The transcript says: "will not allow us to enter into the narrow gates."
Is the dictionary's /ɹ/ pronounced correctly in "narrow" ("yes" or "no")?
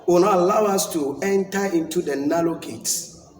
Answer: no